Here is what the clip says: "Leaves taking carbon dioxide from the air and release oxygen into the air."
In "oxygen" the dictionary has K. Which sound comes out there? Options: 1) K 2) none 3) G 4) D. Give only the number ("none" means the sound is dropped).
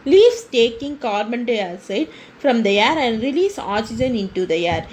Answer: 2